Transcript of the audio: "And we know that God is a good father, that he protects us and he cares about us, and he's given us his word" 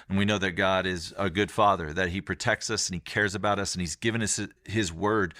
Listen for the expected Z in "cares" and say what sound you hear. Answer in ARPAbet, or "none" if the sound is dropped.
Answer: Z